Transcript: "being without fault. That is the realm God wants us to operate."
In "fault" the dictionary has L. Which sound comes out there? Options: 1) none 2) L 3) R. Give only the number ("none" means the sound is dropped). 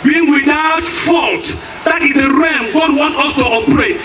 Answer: 2